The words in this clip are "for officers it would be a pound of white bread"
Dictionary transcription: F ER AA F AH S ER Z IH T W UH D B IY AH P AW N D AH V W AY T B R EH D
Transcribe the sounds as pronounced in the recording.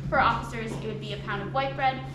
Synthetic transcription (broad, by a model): F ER AA F AH S ER Z IH T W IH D B IY AH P AW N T AH V W AY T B R EH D